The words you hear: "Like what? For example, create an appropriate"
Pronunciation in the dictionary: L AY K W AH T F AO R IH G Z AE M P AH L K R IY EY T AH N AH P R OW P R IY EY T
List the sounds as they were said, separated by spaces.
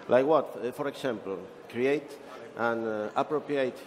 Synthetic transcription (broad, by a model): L AY K W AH T F AO R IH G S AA M P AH L K R IY EY T AH N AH P R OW P R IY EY T